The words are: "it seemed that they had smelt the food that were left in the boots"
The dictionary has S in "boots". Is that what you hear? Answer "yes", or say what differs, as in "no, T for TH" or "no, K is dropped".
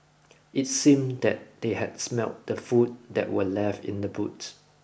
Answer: no, S is dropped